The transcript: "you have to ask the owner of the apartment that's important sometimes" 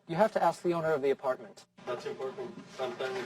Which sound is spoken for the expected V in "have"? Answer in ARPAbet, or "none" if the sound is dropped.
F